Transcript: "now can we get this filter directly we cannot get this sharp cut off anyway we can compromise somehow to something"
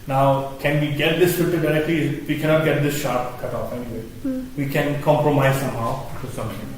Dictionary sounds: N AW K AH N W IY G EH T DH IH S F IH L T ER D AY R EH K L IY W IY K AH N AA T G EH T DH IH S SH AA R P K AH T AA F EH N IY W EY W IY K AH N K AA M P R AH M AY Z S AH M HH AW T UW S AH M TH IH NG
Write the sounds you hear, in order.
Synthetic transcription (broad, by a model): N AW K AH N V IY G EH T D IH S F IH T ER D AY R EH K L IY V IY K AH N AA T G EH T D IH S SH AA R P K AH T AA F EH N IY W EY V IY K AH N K AA M P R AH M AY Z S AH M HH AW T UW S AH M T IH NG